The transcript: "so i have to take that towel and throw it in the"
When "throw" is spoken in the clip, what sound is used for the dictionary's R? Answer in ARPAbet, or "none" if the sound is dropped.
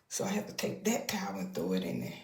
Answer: none